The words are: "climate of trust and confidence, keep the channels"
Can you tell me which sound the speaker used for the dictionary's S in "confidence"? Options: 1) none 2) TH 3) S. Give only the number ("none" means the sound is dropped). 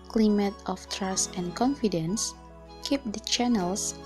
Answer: 3